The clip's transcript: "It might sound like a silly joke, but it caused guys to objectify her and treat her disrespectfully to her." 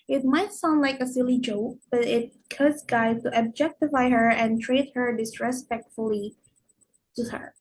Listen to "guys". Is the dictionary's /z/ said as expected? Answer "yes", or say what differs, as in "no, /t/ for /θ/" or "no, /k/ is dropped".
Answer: no, /z/ is dropped